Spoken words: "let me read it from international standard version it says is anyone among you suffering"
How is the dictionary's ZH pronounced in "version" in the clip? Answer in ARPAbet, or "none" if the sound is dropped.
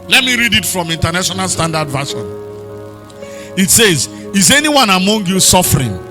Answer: SH